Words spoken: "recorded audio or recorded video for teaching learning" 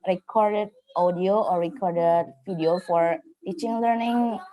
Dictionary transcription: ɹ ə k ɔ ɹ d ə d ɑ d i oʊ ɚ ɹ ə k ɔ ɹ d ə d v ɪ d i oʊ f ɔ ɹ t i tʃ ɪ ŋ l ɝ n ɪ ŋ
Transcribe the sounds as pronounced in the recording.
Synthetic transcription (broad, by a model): ɹ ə k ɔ ɹ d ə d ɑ d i oʊ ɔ ɹ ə k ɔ ɹ d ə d f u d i oʊ f ɔ ɹ t i tʃ ɪ ŋ l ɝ n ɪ ŋ